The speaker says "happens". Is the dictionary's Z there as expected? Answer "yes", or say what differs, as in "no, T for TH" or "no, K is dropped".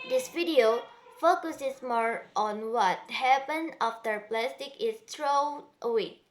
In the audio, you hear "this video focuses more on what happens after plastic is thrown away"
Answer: no, Z is dropped